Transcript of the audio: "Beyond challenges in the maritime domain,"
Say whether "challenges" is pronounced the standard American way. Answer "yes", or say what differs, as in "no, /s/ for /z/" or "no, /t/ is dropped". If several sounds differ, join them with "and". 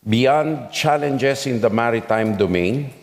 no, /s/ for /z/